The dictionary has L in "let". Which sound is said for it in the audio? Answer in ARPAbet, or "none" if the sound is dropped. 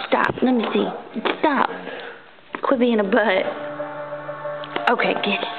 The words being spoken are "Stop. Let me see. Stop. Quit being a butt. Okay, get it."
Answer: N